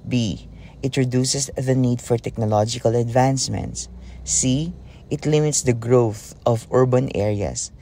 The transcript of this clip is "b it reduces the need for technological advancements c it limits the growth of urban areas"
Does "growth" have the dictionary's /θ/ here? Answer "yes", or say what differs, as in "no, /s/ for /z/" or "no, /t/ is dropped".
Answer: yes